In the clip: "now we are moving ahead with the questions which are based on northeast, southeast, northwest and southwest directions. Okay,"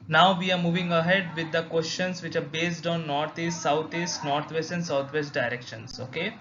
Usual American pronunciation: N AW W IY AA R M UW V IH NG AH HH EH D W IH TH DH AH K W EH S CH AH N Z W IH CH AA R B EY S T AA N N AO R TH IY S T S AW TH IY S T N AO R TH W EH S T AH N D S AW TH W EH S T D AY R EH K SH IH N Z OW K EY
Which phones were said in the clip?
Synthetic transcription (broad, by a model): N AW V IY AA R M UW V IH NG AH HH EH D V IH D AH K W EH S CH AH N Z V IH CH AA R B EY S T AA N N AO R T IY S T S AW T IY S T N AO R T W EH S T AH N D S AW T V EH S T D AY R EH K SH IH N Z OW K EY